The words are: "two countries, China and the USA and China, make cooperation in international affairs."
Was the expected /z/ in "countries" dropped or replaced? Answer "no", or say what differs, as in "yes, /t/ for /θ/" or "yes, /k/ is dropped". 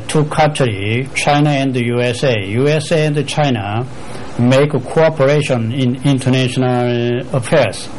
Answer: yes, /z/ is dropped